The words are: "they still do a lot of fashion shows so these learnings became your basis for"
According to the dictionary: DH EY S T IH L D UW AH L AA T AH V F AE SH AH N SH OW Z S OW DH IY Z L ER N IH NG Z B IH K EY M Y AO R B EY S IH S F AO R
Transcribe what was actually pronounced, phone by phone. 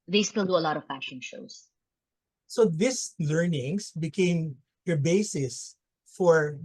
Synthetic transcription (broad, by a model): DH EY S T IH L D UW AH L AA T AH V F AE SH AH N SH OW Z S OW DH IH S L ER N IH NG S B IH K EY M Y AO R B EY S IH S F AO R